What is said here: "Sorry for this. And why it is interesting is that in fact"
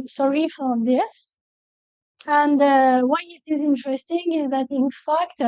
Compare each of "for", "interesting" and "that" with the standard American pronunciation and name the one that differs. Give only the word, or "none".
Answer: none